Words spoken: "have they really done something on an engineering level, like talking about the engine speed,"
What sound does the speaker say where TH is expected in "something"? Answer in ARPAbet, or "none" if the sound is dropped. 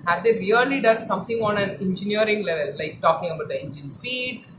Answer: T